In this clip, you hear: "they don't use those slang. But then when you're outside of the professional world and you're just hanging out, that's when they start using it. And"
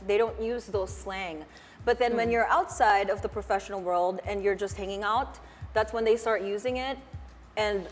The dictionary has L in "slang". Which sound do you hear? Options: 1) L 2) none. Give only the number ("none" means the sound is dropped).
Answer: 1